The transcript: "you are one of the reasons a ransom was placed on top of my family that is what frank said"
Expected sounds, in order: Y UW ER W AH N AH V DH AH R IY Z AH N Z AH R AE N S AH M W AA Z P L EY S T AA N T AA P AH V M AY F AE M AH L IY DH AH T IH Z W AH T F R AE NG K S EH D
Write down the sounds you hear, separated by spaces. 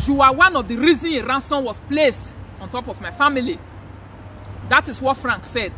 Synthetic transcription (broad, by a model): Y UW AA W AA N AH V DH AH R IY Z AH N AH R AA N S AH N W AA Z P L EY S T AA N T AA P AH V M AY F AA M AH L IY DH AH T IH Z W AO T F R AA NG K S EH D